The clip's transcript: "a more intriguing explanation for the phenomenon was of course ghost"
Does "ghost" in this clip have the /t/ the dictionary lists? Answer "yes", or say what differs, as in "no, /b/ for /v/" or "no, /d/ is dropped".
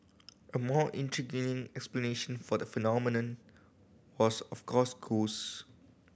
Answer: no, /t/ is dropped